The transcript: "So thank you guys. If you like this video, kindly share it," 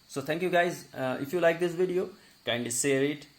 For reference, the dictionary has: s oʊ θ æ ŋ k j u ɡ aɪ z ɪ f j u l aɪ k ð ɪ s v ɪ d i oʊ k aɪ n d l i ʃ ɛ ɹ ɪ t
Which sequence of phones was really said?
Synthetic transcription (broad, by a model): s oʊ t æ ŋ k j u ɡ aɪ z ɪ f j u l aɪ k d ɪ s v ɪ d i oʊ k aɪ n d i s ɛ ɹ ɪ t